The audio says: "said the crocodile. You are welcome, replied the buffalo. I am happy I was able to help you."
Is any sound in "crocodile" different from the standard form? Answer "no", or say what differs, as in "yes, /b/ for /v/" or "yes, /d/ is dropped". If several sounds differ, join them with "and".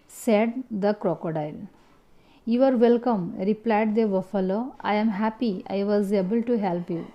no